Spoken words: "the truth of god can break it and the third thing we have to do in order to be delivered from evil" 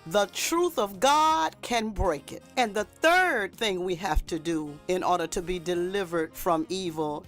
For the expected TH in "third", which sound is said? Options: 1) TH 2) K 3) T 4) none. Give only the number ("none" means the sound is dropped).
1